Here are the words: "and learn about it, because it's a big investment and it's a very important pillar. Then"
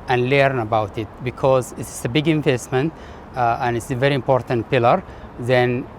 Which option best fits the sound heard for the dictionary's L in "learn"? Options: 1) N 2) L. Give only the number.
2